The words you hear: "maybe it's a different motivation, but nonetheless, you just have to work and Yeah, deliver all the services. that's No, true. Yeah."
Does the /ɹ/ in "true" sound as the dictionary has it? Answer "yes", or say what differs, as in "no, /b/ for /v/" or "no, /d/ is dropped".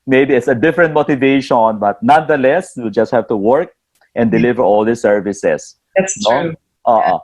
no, /ɹ/ is dropped